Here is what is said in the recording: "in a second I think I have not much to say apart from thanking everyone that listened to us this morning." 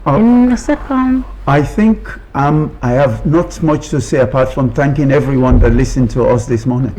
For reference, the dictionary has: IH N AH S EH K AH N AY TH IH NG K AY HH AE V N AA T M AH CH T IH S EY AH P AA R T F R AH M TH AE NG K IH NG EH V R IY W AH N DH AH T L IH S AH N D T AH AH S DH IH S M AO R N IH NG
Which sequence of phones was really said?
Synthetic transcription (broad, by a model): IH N AH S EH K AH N AY TH IH NG K AY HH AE V N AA T M AH CH T IH S EY AH P AA R T F R AH M TH AE NG K IH NG EH V R IY W AH N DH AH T L IH S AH N T AH AH S DH IH S M AO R N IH NG